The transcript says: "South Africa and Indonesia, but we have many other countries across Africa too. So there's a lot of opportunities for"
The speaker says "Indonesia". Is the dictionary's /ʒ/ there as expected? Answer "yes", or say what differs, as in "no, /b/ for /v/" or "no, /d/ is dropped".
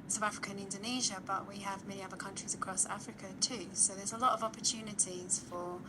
yes